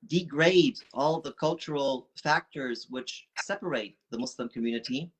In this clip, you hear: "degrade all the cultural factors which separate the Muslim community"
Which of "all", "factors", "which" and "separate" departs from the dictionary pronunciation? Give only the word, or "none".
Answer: none